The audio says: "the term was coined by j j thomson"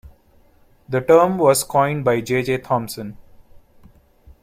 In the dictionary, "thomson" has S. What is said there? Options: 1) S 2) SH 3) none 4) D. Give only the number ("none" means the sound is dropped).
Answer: 1